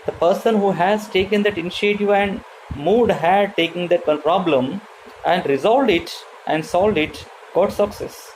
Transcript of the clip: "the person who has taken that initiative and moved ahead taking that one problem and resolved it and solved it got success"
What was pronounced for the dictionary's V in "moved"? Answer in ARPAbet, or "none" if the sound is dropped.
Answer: none